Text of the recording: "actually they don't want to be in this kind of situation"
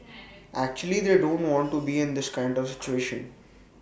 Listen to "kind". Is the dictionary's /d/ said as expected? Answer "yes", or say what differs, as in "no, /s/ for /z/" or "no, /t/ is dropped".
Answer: yes